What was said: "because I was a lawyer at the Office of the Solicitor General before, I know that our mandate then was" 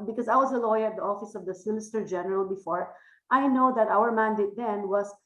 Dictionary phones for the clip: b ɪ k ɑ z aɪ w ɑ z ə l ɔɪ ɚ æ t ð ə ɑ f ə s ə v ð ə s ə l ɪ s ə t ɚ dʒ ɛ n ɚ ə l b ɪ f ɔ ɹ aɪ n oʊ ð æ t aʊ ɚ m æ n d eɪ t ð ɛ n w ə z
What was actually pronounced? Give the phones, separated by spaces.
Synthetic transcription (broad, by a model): b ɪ k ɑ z aɪ w ɑ z ə l ɔɪ ɚ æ t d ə ɑ f ə s ə v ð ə s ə n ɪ s t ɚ dʒ ɛ n ɚ ə l b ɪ f ɔ ɹ aɪ n oʊ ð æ t aʊ ɚ m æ n d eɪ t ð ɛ n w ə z